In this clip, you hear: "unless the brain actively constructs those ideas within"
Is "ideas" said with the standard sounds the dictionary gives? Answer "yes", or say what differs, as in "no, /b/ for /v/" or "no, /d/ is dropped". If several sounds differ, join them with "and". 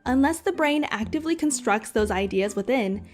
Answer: yes